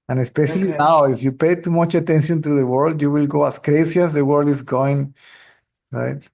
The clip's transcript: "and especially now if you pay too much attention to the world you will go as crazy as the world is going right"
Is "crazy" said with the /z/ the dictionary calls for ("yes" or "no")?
no